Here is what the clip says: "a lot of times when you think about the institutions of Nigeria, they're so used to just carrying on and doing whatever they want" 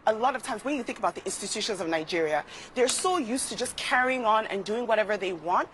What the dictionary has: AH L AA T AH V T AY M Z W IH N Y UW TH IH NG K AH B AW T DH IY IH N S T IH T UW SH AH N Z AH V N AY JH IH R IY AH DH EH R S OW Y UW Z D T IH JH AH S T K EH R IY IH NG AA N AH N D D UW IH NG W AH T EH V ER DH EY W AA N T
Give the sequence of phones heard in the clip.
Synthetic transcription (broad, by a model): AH L AA T AH V T AY M Z W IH N Y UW TH IH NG K AH B AW T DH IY IH N S T IH T UW SH AH N Z AH V N AY JH IH R IY AH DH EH R S OW Y UW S T IH JH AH S K EH R IY IH NG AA N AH N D D UW IH NG W AH T EH V ER DH EY W AA N T